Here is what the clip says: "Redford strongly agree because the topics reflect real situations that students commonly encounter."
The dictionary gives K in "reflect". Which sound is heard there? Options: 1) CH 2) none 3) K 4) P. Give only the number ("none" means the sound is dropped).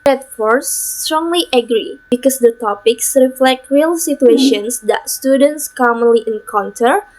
3